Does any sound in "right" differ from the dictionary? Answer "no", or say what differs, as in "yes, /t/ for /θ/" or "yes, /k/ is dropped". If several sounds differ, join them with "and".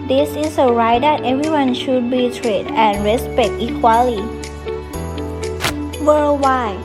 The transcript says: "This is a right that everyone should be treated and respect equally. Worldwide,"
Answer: no